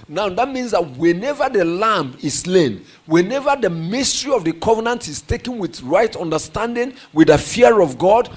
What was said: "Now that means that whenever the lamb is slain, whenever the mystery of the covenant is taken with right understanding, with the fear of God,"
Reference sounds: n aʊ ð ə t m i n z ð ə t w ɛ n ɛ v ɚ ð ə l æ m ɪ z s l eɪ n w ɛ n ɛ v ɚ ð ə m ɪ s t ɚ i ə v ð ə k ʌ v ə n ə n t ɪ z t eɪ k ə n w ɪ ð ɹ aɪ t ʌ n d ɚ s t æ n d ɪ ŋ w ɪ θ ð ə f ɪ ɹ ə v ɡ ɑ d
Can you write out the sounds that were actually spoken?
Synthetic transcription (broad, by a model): n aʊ ð ə t m i n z ð ə t w ɛ n ɛ v ɚ ð ə l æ m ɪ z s l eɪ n w ɛ n ɛ v ɚ ð ə m ɪ s t ɚ i ə v ð ə k ʌ v ə n ə n t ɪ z t eɪ k ə n w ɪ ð ɹ aɪ t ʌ n d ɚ s t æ n d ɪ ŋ w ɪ ð ə f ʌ ɹ ə v ɡ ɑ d